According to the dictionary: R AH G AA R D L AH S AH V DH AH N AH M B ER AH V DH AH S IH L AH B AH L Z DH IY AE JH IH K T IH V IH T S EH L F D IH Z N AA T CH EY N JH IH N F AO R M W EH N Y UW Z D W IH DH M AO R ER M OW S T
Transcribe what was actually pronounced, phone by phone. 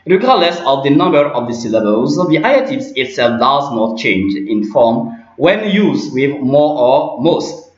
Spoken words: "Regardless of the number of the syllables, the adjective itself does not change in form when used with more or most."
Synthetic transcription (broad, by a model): R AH G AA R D L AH S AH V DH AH N AH M B ER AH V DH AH S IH L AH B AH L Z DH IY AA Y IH T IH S IH T S EH L F D IH Z N AA T CH EY N JH IH N F AO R M W EH N Y UW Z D W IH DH M AO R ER M OW S T